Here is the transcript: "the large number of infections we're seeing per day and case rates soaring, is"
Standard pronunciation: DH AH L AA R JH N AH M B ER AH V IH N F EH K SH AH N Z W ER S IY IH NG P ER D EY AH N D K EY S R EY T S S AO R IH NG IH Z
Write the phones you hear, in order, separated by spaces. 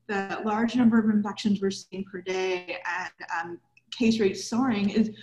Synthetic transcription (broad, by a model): DH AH L AA R JH N AH M B ER AH V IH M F EH K SH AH N Z W ER S IY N P ER D EY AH N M K EY S R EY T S S AO R IH NG IH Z